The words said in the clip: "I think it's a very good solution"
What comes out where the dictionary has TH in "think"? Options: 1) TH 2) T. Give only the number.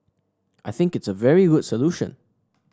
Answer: 1